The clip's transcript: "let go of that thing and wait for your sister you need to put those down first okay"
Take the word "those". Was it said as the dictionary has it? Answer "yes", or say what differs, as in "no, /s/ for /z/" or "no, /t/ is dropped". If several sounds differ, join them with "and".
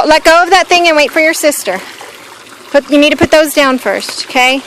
yes